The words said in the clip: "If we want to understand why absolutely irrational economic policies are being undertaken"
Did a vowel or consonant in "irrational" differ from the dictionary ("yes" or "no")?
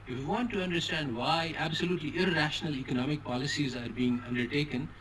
no